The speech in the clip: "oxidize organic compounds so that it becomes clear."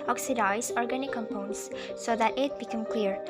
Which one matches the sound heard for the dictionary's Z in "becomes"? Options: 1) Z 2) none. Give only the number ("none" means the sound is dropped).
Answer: 2